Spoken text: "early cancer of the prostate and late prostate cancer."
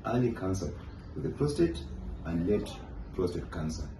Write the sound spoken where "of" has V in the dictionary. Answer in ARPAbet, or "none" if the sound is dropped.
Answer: W